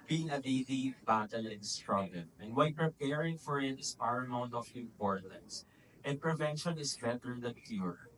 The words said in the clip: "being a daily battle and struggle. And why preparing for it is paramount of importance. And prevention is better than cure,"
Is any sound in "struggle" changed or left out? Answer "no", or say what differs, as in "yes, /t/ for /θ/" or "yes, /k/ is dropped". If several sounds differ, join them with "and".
yes, /n/ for /l/